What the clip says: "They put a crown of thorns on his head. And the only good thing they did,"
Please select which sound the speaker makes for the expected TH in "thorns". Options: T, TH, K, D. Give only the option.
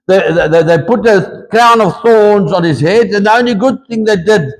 TH